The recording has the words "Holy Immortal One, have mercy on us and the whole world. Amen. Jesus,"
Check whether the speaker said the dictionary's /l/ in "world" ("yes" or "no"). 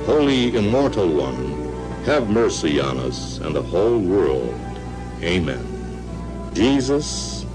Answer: yes